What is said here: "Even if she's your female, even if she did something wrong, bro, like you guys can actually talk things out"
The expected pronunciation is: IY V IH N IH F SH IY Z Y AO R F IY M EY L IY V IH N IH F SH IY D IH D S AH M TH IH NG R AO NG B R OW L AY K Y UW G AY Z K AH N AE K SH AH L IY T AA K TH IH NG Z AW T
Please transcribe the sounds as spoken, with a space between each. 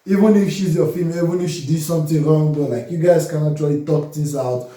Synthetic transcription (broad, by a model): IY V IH N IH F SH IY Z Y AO F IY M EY IY V IH N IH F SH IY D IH S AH M T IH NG R AO NG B OW L AY K Y UW G AY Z K AH N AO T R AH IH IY T AA K T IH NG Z AW T